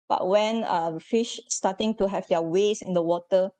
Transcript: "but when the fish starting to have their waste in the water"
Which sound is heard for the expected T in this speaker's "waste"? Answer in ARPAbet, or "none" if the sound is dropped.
none